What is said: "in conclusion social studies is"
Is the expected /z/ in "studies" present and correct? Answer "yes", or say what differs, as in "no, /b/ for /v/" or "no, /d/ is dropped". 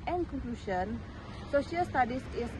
no, /s/ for /z/